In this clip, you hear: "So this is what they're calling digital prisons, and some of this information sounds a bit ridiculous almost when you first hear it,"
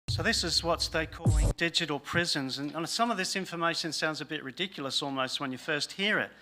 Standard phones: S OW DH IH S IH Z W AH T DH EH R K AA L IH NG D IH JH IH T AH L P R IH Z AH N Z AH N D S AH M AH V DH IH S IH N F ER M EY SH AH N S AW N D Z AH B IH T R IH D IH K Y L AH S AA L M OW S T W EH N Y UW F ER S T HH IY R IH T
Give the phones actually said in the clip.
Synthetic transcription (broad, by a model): S OW DH IH S IH Z W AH T DH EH K AA L IH NG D IH JH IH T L P R IH Z AH N Z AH N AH S AH M AH V DH IH S IH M F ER M EY SH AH N S AW N D Z AH B IH T R IH D IH K Y L AH S AA L M OW S T W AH N Y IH F ER S T HH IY R IH T